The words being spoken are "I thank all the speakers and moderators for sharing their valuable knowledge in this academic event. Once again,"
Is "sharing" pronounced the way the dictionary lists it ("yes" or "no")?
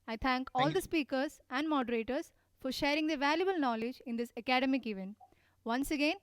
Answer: yes